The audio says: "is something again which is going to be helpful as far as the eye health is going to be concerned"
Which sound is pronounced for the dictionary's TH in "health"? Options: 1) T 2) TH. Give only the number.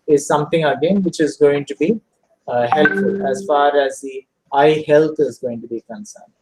1